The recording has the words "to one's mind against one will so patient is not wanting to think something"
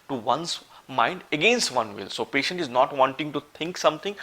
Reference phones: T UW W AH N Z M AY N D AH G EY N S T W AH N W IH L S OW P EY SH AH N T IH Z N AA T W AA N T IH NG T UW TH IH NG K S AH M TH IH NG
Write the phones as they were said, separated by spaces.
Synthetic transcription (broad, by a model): T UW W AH N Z M AY N D AH G EY N S T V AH N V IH L S OW P EY SH AH N T IH Z N AA T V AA N T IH NG T UW T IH NG K S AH M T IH NG